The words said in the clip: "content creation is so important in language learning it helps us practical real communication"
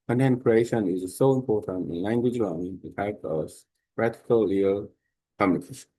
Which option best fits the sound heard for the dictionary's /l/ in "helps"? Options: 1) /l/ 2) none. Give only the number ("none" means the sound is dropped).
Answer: 2